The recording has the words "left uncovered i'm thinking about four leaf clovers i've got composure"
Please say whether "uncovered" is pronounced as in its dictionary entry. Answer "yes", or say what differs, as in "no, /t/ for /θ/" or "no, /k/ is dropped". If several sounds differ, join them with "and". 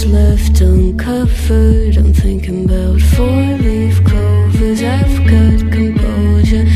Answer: no, /f/ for /v/